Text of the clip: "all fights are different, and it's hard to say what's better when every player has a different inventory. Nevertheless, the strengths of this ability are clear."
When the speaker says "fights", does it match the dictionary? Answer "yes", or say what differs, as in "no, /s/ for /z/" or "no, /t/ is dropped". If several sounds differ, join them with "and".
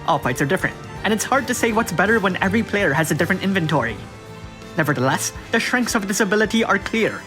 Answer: no, /p/ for /f/